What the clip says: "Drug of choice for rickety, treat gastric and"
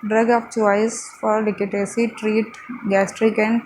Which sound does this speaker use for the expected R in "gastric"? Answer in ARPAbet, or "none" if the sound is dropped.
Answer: R